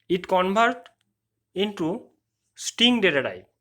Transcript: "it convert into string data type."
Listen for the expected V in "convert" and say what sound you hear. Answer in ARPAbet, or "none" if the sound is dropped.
B